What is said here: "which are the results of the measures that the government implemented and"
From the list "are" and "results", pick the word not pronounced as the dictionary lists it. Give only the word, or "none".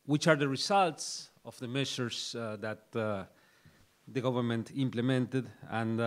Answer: results